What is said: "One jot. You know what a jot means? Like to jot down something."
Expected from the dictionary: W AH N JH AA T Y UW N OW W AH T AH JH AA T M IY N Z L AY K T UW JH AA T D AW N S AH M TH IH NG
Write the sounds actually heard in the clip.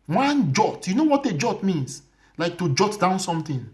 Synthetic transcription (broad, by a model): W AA N JH AA T Y UW N OW W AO T AH JH AA T M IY N S L AY K T UW JH AA T D AW N S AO M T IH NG